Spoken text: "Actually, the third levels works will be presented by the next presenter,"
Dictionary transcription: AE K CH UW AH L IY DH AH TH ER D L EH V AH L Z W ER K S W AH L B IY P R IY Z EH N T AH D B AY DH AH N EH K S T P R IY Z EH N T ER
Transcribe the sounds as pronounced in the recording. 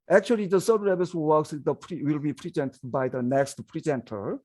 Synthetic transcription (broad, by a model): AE K CH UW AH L IY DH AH S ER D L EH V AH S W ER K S W AH L B IY P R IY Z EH N T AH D B AY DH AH N EH K S T P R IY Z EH N T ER